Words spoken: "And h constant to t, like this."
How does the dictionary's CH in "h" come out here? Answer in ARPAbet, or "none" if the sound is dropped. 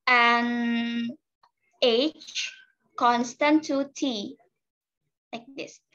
CH